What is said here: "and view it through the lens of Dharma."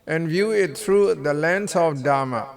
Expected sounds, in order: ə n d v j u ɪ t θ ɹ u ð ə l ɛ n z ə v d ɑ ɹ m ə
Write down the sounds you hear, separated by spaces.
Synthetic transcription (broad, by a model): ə n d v j u ɪ t t ɹ u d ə l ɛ n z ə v d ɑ m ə